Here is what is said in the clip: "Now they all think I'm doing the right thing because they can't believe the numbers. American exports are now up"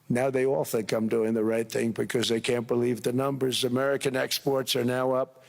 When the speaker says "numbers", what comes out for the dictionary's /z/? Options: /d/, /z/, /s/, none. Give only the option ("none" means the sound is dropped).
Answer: /z/